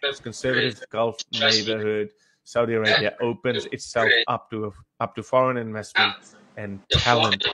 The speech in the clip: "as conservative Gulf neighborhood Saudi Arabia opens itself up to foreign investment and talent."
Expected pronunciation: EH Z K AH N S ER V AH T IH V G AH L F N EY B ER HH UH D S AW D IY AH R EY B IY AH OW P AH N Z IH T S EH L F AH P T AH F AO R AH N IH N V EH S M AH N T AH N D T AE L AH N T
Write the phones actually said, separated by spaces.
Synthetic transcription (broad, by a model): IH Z K AH N S ER V AH T IH V G AH L F N EY B ER HH UH D S AW D IY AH R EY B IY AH OW P AH N Z IH T S EH L F AH P T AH F AO R AH N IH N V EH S AH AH N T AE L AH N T